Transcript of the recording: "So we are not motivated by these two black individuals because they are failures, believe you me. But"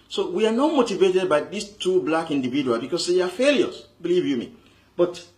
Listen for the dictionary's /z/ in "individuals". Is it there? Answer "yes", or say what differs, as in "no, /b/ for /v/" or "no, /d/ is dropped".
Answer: no, /z/ is dropped